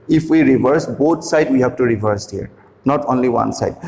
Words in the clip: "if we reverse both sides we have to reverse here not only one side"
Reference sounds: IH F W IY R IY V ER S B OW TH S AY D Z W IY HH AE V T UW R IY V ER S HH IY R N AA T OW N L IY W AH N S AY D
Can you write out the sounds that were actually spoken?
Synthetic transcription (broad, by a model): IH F W IY R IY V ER S B OW T S AY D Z W IY HH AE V T UW R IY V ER S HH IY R N AA T OW N L IY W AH N S AY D